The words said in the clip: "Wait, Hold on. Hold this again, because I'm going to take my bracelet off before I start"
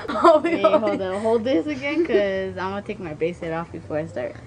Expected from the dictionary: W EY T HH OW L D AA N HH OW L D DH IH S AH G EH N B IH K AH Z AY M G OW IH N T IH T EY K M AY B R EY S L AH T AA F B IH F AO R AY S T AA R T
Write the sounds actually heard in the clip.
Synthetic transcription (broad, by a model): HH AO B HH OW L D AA HH OW L D DH IH S AH G EH N K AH Z AY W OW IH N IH T EY K M AY B EY S AH T AA F B IH F AO R AY S T AA R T